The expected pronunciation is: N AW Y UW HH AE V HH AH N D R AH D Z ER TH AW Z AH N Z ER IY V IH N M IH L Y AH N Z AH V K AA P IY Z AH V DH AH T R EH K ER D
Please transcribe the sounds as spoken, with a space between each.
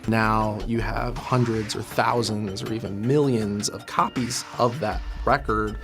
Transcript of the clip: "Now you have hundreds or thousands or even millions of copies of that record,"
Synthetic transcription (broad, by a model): N AW Y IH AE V HH AH N D R AH D Z ER TH AW Z AH N Z ER IY V IH N M IH L Y AH N Z AH V K AA P IY Z AH V DH AH T R EH K ER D